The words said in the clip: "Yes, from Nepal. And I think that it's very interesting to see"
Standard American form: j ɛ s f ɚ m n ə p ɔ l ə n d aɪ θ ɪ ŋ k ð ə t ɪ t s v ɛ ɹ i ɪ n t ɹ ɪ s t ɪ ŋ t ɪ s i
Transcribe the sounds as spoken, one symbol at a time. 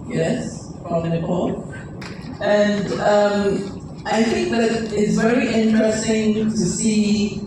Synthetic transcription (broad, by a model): j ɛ s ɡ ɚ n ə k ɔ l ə n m aɪ θ ɪ ŋ k ð ə t ɪ t s v ɛ ɹ i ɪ n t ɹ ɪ s t ɪ ŋ t ɪ s i